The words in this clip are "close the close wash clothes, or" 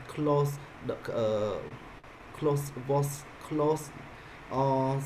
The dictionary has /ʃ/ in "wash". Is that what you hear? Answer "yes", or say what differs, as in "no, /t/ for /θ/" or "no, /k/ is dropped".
no, /s/ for /ʃ/